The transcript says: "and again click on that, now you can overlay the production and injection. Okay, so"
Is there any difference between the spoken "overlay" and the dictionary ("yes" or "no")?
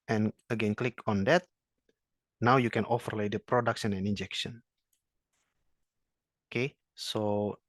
yes